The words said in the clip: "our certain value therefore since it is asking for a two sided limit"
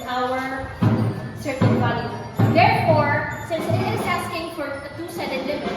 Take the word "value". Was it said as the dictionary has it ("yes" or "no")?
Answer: no